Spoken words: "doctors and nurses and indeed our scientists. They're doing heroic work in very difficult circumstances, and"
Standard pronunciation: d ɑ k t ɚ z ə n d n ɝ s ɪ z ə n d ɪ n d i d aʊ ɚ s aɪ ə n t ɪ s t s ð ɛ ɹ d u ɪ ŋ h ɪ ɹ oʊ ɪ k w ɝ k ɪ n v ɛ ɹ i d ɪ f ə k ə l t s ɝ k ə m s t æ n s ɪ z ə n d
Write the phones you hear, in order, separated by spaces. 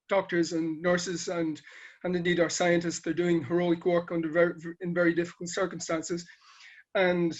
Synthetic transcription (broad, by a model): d ɑ k t ɚ z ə n n ɝ s ɪ z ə n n ɪ n d i d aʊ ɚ s aɪ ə n t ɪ s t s ð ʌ ɹ d u ɪ ŋ h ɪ ɹ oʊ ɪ k w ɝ k ɪ n v ɛ ɹ i d ɪ f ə k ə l t s ɝ k ə m s t æ n s ɪ z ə n